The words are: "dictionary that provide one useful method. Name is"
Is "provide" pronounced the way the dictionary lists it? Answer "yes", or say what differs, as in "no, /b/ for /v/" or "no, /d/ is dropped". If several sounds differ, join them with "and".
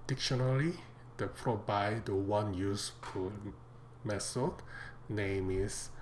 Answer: no, /b/ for /v/